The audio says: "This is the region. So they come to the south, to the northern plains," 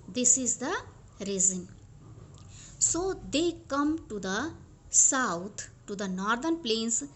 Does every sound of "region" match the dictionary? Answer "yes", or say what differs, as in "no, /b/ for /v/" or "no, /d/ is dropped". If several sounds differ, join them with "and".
no, /z/ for /dʒ/